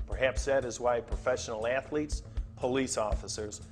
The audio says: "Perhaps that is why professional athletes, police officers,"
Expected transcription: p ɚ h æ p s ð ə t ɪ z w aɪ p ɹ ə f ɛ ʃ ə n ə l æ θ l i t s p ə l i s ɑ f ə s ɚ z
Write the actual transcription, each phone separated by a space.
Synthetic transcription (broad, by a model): p ɚ h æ p s ð ə t ɪ z w aɪ p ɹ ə f ɛ ʃ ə n l æ θ l i t s p ə l i s ɑ f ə s ɚ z